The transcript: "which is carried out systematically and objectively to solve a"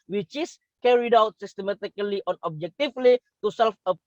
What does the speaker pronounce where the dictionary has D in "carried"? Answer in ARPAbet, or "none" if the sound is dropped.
D